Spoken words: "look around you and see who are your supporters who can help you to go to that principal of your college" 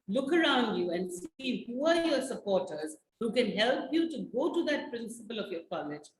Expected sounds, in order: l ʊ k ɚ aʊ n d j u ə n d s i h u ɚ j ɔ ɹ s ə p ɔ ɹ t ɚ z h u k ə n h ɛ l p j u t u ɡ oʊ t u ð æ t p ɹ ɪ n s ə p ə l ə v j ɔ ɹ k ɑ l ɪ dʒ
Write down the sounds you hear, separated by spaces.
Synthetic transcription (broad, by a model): l ʊ k ɚ aʊ n d j u ə n d s i h u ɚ j ɔ ɹ s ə p ɔ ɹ t ɚ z h u k ə n h ɛ l p j u t u ɡ oʊ t u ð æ t p ɹ ɪ n s ə p ə l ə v j ɔ ɹ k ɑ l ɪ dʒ